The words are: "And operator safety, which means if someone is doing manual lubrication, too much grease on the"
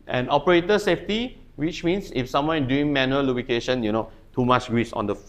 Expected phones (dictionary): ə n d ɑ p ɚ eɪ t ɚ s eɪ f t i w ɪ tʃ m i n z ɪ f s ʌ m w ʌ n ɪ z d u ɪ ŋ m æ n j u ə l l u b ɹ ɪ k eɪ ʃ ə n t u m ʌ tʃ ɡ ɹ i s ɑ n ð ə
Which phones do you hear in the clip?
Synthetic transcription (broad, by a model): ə n ɑ p ɚ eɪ t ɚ s eɪ f t i w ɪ tʃ m i n s ɪ f s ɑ m w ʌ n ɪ d u ɪ ŋ m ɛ n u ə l l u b ɪ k eɪ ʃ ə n t u m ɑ tʃ ɡ ɹ i s ɑ n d ə